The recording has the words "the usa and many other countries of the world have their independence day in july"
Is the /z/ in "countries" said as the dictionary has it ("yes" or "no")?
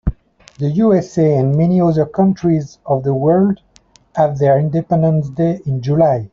yes